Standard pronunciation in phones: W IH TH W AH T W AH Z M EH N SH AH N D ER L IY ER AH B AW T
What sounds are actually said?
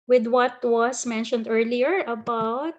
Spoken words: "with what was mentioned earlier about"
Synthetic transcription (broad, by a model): W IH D W AH T W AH S M EH N SH AH N D ER L IY ER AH B AW T